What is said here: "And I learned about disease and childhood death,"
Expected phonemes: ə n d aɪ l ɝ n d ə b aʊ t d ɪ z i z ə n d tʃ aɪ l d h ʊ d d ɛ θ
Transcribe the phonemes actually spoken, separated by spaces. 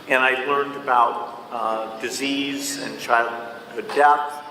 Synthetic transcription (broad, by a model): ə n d aɪ l ɝ n d ə b aʊ t d ɪ z i z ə n tʃ aɪ l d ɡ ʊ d d ɛ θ